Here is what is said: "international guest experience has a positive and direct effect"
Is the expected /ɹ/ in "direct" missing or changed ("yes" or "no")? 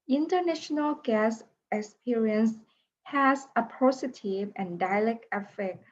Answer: yes